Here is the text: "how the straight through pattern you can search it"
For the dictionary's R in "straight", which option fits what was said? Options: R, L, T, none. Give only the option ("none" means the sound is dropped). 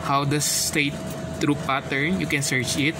none